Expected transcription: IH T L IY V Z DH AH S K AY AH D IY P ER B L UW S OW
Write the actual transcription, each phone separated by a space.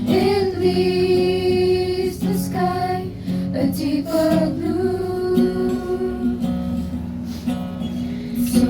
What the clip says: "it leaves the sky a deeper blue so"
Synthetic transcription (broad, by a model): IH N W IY Z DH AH S K AY AH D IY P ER B L UW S